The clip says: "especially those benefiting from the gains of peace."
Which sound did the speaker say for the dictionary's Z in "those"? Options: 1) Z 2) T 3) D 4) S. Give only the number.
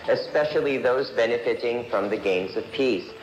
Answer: 1